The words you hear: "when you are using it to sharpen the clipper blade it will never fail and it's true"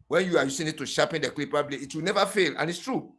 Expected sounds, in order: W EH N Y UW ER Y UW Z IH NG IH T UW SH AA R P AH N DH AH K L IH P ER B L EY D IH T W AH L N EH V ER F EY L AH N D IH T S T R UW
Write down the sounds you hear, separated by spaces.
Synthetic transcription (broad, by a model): W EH N Y UW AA Y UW S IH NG IH T UW SH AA P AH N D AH K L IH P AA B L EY IH T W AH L N EH V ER F EY L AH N IH T S T R UW